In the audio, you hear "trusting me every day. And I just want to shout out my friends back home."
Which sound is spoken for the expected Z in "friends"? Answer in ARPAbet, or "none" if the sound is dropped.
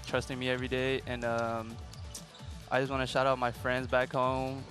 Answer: Z